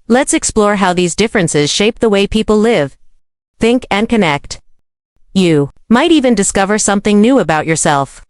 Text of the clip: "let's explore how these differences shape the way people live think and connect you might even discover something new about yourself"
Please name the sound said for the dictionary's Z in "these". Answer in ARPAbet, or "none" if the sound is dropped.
Z